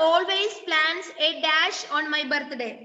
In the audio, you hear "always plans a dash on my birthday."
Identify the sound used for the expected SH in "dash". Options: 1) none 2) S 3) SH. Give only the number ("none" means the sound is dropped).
3